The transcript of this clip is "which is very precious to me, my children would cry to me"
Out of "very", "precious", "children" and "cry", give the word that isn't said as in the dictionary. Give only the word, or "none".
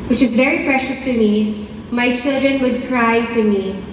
none